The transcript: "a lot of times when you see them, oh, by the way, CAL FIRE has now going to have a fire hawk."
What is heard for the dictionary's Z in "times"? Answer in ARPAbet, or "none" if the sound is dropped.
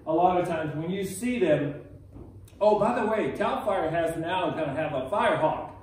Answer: Z